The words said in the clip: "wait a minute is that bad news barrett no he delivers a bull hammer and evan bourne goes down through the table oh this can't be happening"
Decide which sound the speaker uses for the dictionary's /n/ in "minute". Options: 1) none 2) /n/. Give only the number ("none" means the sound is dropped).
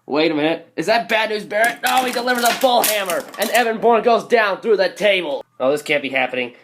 1